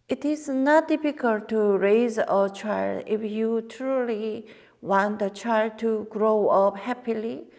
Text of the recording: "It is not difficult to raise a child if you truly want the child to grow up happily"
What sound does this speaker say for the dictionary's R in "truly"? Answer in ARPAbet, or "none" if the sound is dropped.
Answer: R